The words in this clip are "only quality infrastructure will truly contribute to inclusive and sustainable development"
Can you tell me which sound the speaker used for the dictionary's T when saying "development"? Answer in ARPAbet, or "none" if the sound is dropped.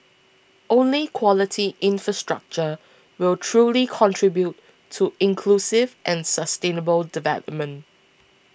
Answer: T